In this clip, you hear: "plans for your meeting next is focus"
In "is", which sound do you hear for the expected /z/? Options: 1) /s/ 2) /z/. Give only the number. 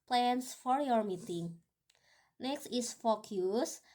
1